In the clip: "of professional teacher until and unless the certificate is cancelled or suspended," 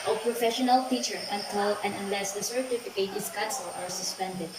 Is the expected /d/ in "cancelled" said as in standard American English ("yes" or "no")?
no